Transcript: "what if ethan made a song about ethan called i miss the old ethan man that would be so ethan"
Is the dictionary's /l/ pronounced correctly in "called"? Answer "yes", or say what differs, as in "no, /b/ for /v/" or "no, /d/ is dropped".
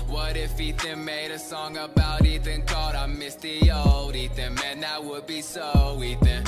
no, /l/ is dropped